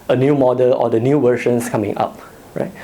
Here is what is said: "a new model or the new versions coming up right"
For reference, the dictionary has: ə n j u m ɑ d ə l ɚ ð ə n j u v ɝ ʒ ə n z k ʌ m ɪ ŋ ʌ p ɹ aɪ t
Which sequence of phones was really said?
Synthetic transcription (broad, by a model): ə n j u m ɑ d ə l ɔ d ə n j u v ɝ ʃ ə n s k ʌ m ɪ ŋ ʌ p ɹ aɪ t